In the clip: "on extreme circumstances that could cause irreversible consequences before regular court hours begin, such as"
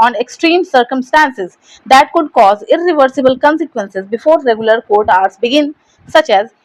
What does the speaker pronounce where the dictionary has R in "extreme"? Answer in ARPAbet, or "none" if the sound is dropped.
R